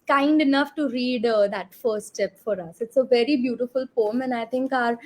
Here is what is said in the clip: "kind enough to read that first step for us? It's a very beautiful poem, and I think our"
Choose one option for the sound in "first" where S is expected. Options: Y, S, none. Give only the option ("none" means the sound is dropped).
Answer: none